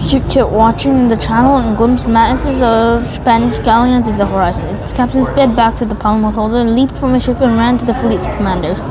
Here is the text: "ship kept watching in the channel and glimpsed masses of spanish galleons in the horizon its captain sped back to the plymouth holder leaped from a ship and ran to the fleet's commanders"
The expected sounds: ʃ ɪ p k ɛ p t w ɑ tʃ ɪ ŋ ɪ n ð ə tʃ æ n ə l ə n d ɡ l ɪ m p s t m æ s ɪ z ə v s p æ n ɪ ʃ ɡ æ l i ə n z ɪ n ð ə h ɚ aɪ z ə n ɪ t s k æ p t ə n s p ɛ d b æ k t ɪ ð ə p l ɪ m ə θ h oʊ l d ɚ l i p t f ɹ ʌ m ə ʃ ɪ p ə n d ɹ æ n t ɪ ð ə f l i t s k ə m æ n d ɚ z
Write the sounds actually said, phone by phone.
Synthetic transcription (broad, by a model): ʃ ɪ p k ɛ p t w ɑ tʃ ɪ ŋ ɪ n ð ə tʃ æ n l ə n ɡ l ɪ m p s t m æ s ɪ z ə v s p æ n ɪ ʃ ɡ æ l i ə n z ɪ n ð ə h ɚ aɪ z ə n ɪ t s k æ p t ə n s b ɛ d b æ k t ɪ ð ə p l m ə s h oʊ l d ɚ l i p t f ɹ ʌ m ə ʃ ɪ p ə n ɹ æ n t ɪ ð ə f l i t s k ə m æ n d ɚ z